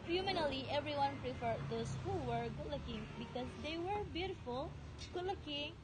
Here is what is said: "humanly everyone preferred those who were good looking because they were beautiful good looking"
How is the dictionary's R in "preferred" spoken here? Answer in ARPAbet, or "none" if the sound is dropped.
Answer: R